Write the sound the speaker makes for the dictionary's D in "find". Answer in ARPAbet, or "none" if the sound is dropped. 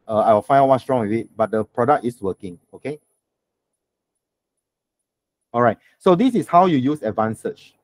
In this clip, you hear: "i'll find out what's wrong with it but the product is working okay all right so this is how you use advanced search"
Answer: none